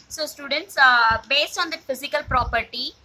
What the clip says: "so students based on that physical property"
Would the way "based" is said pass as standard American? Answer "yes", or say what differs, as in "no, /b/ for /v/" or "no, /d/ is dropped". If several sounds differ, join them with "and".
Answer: yes